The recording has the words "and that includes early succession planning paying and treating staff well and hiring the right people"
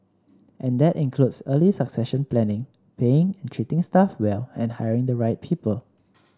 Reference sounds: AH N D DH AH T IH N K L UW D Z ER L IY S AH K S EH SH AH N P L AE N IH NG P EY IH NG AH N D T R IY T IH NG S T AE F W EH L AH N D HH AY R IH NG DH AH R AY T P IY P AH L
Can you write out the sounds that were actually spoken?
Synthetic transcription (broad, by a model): AH N D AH T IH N K L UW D S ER L IY S AH K S EH SH AH N P L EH N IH NG P EY IH NG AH N T R IY T IH NG S T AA F W EH L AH N HH AY R IH NG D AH R AY T P IY P AH L